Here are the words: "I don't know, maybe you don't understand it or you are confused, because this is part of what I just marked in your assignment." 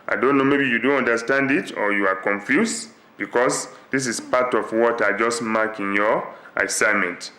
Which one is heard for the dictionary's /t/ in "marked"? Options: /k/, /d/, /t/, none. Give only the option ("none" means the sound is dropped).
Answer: none